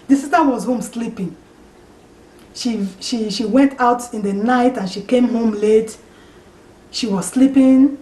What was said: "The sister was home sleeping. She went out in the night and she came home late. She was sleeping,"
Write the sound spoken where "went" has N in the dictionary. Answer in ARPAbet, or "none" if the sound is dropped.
N